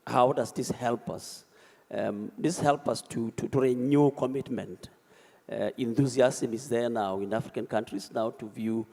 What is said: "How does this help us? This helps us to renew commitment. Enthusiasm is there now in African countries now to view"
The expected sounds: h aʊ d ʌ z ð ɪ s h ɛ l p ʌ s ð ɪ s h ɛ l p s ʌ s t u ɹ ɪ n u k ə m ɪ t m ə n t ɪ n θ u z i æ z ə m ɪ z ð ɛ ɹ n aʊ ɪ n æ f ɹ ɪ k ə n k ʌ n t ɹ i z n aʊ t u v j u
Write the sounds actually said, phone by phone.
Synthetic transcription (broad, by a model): h aʊ d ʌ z ð ɪ s h ɛ l p ʌ s ð ɪ s h ɛ l p ʌ s t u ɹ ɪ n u k ə m ɪ t m ə n t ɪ n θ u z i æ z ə m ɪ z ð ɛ ɹ n aʊ ɪ n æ f ɹ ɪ k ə n k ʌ n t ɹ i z n aʊ t u v j u